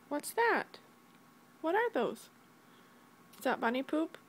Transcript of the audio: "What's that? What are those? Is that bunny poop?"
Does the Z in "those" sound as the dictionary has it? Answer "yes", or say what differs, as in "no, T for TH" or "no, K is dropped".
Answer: no, Z is dropped